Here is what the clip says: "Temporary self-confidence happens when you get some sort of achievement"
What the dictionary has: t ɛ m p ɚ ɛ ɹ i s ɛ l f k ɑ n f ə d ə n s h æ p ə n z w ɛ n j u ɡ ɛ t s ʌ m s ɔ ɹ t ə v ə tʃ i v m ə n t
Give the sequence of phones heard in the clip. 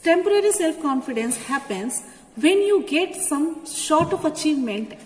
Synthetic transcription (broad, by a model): t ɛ m p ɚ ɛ ɹ i s ɛ l f k ɑ n f ə d ə n s h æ p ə n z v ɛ n j u ɡ ɛ t s ʌ m ʃ ɔ ɹ t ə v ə tʃ i v m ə n t